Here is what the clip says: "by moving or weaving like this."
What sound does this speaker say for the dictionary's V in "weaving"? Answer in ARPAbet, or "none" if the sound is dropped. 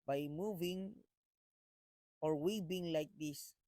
B